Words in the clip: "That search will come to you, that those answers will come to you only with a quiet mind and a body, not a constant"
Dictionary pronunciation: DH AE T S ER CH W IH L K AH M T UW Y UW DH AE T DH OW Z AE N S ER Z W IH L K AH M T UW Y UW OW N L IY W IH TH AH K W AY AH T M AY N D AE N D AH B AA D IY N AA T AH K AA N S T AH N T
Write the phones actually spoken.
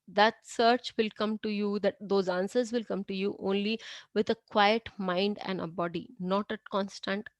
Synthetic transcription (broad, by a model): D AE T S ER CH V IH L K AH M T UW Y UW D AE T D OW Z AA N S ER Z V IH L K AH M T UW Y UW OW N L IY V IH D AH K W AY AH T M AY N D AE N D AH B AA D IY N AA T AH K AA N S T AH N T